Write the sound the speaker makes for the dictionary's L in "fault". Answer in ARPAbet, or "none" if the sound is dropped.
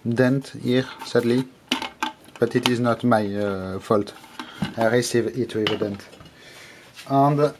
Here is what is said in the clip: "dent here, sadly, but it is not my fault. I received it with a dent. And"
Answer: L